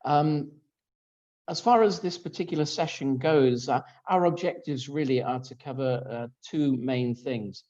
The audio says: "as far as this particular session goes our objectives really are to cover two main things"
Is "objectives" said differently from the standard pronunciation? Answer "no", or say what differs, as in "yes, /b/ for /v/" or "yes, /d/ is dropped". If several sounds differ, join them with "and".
no